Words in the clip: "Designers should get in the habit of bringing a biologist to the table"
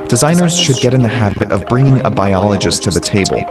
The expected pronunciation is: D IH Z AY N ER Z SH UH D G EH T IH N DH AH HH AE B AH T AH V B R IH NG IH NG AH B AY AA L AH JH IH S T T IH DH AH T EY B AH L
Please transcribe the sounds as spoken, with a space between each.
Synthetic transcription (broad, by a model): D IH Z AY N ER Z SH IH D G EH T IH N DH AH HH AE B AH T AH V B R IH NG IH NG AH B AY AA L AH JH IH S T T IH DH AH T EY B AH L